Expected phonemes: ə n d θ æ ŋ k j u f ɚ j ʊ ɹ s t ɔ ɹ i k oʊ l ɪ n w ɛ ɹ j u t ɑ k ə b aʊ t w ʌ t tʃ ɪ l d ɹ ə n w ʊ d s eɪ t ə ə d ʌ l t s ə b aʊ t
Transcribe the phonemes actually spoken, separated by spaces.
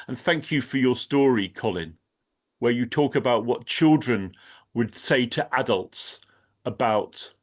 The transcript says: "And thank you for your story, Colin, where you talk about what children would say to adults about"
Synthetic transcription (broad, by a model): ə n θ æ ŋ k j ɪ f ɚ j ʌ ɹ s t ɔ ɹ i k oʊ l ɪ n w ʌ ɹ j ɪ t ɑ k ə b aʊ t w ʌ t tʃ ɪ l d ɹ ə n w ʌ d s eɪ t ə ə d ʌ l t s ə b aʊ t